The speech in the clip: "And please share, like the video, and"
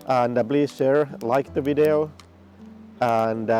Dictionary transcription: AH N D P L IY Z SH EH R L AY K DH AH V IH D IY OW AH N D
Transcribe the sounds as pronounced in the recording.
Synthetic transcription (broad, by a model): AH N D B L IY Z SH EH R L AY K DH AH V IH D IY OW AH N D